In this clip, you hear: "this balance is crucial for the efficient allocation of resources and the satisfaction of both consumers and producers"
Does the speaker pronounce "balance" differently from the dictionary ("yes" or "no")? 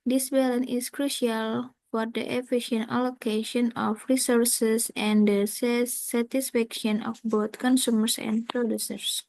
yes